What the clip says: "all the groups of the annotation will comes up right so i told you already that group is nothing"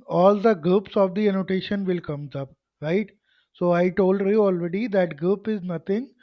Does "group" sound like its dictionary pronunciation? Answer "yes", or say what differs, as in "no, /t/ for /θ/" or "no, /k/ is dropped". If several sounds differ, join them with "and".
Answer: no, /ɹ/ is dropped